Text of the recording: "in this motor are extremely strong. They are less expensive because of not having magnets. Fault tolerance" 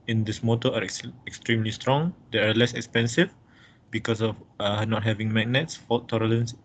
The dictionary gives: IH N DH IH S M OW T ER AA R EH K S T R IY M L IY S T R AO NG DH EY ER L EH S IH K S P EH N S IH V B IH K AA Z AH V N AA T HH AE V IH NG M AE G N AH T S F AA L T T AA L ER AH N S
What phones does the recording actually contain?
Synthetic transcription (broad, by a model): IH N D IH S M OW T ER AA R EH K S T R IY M L IY S T R AO NG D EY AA L EH S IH K S P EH N S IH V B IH K AA S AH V N AA T HH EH V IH NG M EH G N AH T S F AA T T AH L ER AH N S